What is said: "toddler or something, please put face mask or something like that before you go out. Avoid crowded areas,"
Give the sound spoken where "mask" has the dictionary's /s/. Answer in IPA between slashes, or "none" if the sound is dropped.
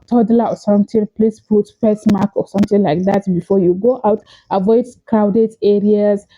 none